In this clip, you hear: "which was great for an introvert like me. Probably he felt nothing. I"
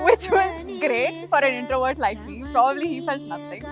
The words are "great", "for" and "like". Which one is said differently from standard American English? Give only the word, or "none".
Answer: none